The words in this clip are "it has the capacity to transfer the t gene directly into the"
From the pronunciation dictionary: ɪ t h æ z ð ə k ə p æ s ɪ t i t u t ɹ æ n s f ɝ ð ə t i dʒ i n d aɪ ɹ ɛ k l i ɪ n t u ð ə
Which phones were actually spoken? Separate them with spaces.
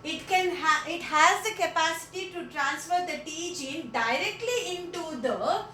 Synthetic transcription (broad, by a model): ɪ t h æ z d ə k ə p æ s ɪ t i t u t ɹ æ n s f ɝ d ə t i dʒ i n d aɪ ɹ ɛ k l i ɪ n t u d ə